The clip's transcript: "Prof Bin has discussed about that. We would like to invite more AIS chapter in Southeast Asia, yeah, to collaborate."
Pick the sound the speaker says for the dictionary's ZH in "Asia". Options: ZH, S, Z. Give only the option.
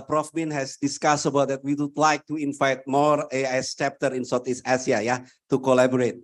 S